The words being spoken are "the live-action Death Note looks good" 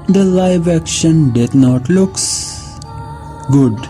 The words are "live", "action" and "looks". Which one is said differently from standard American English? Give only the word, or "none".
none